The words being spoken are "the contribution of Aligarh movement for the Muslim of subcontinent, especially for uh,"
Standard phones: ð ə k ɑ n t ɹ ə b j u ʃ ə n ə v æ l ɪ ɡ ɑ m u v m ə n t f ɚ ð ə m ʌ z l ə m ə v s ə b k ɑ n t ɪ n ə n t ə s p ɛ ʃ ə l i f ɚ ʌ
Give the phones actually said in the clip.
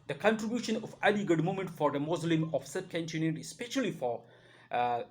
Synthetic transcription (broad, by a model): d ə k ɑ n t ɹ ə b j u ʃ ə n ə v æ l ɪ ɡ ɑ m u m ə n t f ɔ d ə m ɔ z l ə m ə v s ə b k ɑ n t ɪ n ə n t ə s p ɛ ʃ ə l i f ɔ